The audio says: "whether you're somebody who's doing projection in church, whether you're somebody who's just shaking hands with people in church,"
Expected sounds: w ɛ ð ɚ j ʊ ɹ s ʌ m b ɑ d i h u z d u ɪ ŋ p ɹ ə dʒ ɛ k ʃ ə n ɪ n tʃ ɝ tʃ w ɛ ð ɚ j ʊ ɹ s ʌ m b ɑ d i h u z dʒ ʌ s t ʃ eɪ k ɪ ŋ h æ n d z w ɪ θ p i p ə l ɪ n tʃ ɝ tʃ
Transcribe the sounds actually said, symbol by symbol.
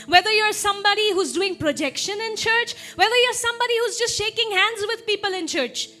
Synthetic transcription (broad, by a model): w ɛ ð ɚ j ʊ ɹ s ʌ m b ɑ d i h u z d u ɪ ŋ p ɹ ə dʒ ɛ k ʃ ə n ɪ n tʃ ɝ tʃ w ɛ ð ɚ j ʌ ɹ s ʌ m b ɑ d i h u z dʒ ʌ s t ʃ eɪ k ɪ ŋ h æ n d z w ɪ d p i p ə l ɪ n tʃ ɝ tʃ